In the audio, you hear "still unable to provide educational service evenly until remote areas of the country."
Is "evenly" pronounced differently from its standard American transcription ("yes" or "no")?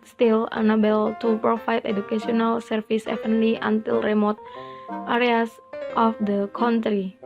yes